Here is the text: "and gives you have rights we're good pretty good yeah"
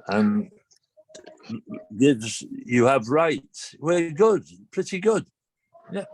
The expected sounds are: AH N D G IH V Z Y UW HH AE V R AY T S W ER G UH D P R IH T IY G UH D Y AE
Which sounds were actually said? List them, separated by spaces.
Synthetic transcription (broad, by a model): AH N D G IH Z Y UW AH V R AY T W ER G UH D P R IH T IY G UH D Y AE